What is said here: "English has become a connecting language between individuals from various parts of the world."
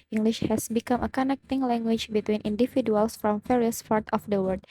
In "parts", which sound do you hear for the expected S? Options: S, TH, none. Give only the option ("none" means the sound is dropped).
none